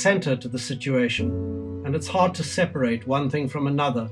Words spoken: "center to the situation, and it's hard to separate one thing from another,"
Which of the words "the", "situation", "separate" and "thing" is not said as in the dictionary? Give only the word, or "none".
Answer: none